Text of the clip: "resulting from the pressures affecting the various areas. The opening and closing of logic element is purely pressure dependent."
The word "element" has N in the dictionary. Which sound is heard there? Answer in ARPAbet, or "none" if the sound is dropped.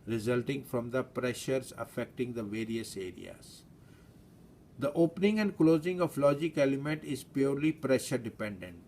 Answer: N